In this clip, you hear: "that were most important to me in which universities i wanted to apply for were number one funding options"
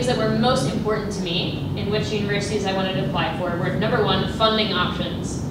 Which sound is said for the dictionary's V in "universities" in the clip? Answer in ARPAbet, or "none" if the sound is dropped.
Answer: V